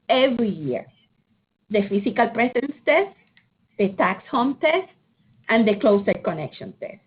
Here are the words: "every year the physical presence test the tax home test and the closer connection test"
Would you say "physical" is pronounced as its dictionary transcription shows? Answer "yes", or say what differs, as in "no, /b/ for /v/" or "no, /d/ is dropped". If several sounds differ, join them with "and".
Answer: no, /s/ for /z/